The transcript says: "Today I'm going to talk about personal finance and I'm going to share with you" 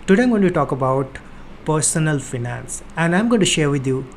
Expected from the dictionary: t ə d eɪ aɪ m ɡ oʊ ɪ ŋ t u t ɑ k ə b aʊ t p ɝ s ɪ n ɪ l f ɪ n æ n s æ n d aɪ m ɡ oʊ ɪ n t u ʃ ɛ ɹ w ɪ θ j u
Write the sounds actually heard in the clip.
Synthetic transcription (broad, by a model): t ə d eɪ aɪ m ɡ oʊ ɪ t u t ɑ k ə b aʊ t p ɝ s ɪ n ɪ l f ɪ n æ n s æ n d aɪ m ɡ oʊ ɪ n t u ʃ ɛ ɹ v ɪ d j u